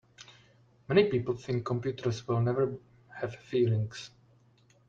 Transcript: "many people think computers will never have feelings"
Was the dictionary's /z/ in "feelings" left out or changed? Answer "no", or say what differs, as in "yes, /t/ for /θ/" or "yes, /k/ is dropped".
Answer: yes, /s/ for /z/